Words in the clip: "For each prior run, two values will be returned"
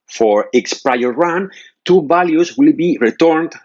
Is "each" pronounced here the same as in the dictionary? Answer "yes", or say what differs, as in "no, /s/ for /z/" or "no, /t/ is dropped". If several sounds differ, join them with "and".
no, /s/ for /tʃ/